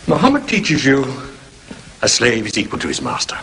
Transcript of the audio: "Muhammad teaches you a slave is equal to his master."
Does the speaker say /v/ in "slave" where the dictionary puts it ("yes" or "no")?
yes